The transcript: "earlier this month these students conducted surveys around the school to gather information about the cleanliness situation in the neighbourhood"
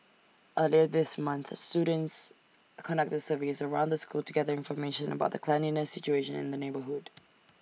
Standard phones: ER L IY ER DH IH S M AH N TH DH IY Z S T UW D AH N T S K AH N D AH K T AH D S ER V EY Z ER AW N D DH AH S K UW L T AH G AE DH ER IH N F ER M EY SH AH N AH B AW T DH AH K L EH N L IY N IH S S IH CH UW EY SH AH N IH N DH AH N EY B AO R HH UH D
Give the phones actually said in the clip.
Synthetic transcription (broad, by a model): ER L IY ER DH IH S M AH N TH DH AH S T UW D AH N T S K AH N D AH K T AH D S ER V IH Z ER AW N D DH AH S K UW L T AH G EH DH ER IH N F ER M EY SH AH N AH B AW T DH AH K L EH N IY N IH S S IH CH UW EY SH AH N IH N DH AH N EY B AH R HH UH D